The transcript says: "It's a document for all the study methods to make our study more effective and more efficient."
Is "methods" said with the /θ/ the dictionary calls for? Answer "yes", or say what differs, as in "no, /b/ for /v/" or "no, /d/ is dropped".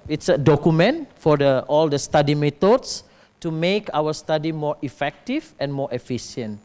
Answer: no, /t/ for /θ/